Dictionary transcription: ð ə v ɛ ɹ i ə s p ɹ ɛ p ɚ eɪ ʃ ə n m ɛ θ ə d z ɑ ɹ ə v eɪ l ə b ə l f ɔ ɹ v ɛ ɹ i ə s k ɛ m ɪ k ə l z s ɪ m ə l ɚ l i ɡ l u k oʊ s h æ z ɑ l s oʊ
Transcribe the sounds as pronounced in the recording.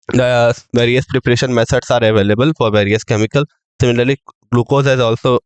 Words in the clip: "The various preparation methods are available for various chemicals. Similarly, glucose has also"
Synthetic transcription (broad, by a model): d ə v ɛ ɹ i ə s p ɹ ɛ p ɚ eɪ ʃ ə n m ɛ s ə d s ɑ ɹ ə v eɪ l ə b ə l f ɔ ɹ v ɛ ɹ i ə s k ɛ m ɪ k ə l s ɪ m ə l ɚ l i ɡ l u k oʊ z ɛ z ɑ l s oʊ